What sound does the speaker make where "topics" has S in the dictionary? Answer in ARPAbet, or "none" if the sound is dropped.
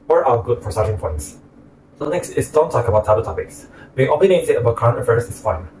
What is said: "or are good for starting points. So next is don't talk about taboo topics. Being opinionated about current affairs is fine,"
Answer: S